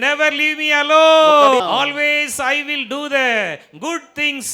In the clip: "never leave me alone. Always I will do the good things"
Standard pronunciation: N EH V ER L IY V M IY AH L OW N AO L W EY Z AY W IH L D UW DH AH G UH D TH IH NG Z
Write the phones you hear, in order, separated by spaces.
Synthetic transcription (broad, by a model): N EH V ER L IY V M IY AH L OW AO L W EY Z AY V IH L D UW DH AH G UH D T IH NG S